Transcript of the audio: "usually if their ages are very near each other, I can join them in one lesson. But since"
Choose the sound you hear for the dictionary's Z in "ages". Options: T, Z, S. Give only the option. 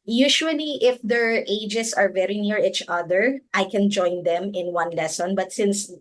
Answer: S